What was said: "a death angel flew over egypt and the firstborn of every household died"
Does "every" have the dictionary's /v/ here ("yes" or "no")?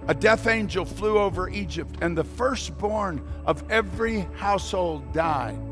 yes